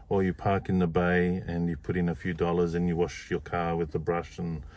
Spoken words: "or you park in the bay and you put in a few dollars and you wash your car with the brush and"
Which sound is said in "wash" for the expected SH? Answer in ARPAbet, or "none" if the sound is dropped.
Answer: SH